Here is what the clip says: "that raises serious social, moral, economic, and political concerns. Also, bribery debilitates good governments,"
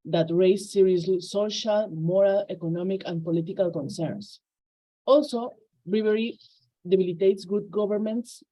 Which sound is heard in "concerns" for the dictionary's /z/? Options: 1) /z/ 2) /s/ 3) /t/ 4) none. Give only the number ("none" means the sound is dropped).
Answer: 2